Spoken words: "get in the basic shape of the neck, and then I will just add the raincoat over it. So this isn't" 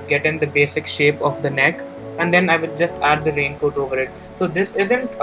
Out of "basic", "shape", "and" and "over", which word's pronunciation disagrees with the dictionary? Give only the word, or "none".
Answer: none